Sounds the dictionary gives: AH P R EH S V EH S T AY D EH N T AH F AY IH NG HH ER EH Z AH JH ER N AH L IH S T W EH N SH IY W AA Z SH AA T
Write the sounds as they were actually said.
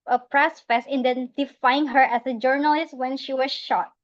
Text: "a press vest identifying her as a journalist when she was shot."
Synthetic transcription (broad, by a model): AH P R EH S F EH S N D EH N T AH F AY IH NG HH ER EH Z AH JH ER N AH L IH S T W EH N SH IY W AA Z SH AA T